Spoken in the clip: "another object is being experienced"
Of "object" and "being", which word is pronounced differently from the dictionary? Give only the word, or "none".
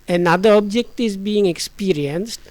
none